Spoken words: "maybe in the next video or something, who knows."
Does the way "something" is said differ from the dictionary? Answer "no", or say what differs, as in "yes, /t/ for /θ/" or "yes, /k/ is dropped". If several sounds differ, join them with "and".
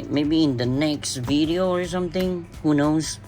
no